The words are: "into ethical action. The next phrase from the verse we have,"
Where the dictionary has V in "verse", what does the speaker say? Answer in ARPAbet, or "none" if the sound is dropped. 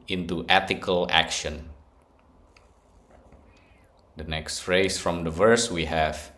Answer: V